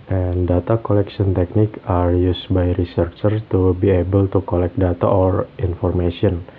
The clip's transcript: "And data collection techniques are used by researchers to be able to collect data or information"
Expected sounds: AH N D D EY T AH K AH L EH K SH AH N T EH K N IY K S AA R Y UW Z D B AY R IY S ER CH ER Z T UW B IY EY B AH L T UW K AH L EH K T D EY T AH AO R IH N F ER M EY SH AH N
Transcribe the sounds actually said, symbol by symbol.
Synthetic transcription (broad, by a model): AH N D D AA T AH K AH L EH K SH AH N T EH K N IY K AA R Y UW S B AY R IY S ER CH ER T UW B IY EY B AH L T UW K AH L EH K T D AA T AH AO R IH N F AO M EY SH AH N